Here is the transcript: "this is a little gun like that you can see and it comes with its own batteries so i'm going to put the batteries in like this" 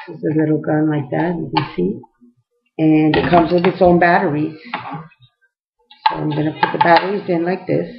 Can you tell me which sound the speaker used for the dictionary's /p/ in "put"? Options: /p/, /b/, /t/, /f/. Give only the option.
/p/